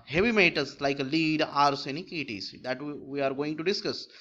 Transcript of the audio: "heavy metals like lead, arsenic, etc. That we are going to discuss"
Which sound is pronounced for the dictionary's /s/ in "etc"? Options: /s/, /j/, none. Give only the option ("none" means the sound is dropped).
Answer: none